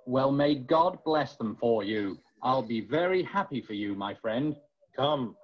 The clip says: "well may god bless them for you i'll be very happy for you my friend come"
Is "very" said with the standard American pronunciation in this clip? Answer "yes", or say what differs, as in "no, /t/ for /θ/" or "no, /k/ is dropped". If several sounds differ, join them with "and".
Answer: yes